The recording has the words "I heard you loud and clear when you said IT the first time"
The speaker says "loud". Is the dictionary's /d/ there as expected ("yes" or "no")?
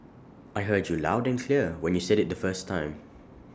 yes